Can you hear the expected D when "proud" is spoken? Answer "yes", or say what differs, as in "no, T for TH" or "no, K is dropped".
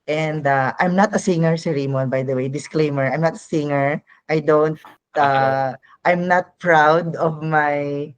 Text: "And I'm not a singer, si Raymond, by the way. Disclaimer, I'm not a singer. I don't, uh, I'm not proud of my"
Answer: yes